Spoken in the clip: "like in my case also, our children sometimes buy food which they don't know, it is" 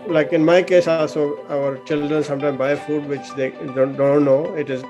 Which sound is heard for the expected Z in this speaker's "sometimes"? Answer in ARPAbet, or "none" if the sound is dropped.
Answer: none